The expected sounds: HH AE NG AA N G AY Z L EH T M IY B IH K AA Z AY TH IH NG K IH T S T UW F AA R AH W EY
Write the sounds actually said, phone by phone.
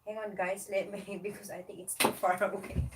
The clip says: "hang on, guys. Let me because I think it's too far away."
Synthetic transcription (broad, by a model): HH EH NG AA N G AY S L EH T M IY B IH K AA S AY T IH NG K IH T S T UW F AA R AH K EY